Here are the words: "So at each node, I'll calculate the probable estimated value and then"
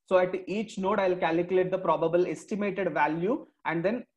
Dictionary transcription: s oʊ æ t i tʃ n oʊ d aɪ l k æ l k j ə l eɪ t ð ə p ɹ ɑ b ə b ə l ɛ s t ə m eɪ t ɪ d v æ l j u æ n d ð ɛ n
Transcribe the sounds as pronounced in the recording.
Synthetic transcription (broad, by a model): s oʊ æ t i tʃ n oʊ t aɪ l k æ l k j ə l eɪ t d ə p ɹ ɑ b ə b ə l ɛ s t ə m eɪ t ɪ d v æ l j u æ n d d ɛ n